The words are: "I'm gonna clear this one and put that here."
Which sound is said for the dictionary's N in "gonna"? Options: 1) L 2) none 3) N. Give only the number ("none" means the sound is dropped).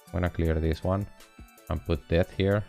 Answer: 2